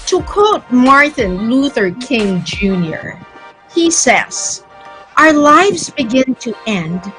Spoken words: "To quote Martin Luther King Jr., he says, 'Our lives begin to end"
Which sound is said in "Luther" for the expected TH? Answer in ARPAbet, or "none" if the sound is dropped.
TH